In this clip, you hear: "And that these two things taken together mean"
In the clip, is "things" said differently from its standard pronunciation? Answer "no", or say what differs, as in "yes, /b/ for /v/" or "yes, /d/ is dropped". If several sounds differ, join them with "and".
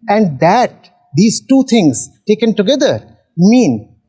yes, /t/ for /θ/